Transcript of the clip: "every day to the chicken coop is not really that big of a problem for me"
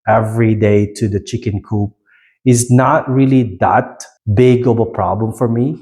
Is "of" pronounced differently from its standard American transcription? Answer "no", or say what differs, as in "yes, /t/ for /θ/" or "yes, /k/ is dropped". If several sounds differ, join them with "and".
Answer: yes, /b/ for /v/